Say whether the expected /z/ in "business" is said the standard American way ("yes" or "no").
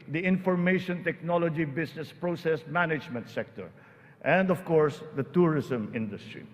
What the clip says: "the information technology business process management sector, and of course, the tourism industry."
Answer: no